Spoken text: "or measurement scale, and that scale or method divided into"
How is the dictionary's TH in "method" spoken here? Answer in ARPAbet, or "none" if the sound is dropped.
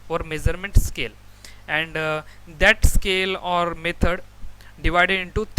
T